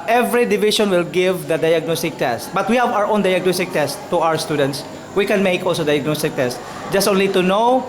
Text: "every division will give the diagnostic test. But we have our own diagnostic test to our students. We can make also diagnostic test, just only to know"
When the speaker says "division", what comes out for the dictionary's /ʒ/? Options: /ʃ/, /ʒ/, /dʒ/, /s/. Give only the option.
/ʃ/